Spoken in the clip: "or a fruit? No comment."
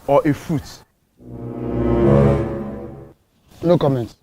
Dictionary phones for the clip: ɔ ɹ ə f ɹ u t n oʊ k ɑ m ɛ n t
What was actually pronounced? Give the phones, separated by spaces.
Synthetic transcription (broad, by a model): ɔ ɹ ə f u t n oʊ k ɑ m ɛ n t